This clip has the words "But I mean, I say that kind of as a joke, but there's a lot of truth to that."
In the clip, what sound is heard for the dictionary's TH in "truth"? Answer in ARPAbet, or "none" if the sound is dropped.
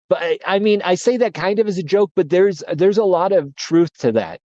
TH